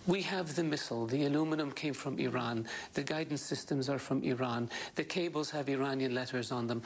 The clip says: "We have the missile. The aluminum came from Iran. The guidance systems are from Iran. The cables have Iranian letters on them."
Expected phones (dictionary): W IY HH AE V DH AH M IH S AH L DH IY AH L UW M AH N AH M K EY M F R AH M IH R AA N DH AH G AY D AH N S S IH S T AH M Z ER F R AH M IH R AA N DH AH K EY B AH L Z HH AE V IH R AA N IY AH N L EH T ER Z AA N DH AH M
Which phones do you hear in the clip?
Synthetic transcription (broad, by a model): W IY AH V DH AH M IH S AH L DH IY AH L UW M AH N AH M K EY M F R AH M IH R AA N DH AH G AY D N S S IH S T AH M Z ER F R AH M IH R AA N DH AH K EY B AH L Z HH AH V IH R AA N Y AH N L EH T ER Z N DH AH M